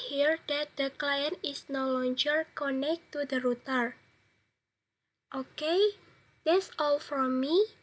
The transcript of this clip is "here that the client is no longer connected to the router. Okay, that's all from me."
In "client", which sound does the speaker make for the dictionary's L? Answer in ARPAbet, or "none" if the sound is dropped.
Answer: L